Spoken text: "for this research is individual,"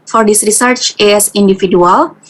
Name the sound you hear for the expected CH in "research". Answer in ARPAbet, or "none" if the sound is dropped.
CH